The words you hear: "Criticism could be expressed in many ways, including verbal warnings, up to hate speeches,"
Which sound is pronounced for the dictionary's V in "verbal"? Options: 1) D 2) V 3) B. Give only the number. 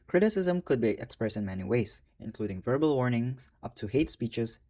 2